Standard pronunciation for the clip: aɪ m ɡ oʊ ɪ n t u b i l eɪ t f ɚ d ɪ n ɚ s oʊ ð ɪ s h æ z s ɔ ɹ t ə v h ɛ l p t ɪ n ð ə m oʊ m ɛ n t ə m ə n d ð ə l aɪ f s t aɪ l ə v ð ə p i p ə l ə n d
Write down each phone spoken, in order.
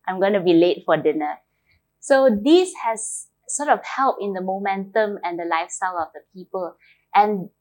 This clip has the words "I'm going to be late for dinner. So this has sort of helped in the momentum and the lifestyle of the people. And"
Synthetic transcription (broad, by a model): aɪ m ɡ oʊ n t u b i l eɪ t f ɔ d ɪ n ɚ s oʊ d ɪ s h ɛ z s ɔ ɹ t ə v h ɛ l p ɪ n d ə m oʊ m ɛ n t ə m ə n d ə l aɪ f s t aɪ l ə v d ə p i p ə l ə n